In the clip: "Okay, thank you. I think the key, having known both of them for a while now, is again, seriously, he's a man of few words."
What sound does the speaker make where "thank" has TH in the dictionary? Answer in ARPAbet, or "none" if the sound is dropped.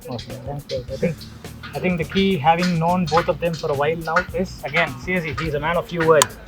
S